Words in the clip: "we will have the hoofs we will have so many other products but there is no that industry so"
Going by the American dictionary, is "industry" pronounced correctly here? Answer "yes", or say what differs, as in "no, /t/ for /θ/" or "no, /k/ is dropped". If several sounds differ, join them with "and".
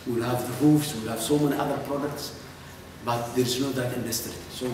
no, /ɹ/ is dropped